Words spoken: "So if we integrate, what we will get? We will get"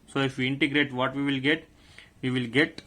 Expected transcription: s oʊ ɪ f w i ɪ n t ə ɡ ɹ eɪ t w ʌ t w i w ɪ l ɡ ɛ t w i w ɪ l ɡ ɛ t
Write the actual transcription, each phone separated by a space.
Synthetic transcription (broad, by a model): s oʊ ɪ f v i ɪ n t ə ɡ ɹ eɪ t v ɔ t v i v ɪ l ɡ ɛ t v i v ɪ l ɡ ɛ t